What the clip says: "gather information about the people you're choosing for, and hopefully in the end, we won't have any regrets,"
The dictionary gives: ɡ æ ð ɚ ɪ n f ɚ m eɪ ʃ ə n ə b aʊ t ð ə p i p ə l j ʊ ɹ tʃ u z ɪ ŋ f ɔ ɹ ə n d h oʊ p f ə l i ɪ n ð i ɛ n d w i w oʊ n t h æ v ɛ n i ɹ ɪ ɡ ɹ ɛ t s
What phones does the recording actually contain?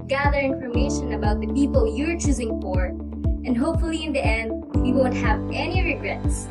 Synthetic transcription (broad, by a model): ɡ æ ð ɚ ɪ n f ɚ m eɪ ʃ ə n ə b aʊ t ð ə p i p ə l j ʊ ɹ tʃ u z ɪ ŋ f ɔ ɹ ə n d h oʊ p f ə l i ɪ n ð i ɛ n d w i w oʊ n t h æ v ɛ n i ɹ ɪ ɡ ɹ ɛ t s